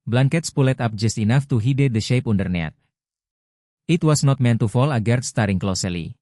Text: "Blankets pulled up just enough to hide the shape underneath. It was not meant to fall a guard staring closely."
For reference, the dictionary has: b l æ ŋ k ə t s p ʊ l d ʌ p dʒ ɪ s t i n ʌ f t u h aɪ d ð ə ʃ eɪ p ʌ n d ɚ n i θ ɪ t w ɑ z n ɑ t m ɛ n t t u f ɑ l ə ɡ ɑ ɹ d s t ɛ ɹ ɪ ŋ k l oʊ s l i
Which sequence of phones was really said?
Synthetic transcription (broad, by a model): b l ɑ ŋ k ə t s p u l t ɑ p dʒ ɪ s t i n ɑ f t u h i d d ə ʃ eɪ p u n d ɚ n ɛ t ɪ t w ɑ s n ɑ t m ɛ n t t u f ɑ l ə ɡ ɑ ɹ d s t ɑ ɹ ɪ ŋ k l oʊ s l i